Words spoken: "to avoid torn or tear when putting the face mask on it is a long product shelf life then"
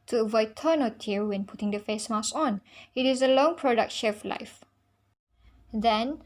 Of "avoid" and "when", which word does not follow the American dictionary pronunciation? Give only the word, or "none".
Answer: none